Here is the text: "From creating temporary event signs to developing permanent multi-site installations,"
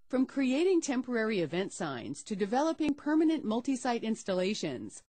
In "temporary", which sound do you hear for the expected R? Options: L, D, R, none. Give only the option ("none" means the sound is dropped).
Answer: R